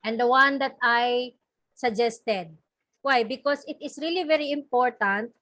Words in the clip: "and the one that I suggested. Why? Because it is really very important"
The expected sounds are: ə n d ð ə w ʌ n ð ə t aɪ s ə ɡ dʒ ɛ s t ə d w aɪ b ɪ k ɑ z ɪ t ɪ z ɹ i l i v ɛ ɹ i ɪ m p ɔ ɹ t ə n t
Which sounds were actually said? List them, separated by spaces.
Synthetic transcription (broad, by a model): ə n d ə w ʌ n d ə t aɪ s ə ɡ dʒ ɛ s t ə d w aɪ b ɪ k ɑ s ɪ t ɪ s ɹ i l i v ɛ ɹ i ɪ m p ɔ ɹ t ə n t